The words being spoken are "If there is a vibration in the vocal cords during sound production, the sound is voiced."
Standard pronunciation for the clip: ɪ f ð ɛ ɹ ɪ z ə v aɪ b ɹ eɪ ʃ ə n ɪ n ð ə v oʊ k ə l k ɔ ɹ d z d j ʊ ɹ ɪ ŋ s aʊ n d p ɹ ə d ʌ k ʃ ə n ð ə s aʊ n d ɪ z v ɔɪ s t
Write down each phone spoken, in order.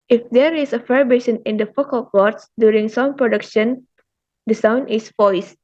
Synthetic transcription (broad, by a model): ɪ f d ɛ ɹ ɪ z ə f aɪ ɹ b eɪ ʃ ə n ɪ n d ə f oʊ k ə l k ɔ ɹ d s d j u ɹ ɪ ŋ s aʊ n p ɹ ə d ʌ k ʃ ə n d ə s aʊ n d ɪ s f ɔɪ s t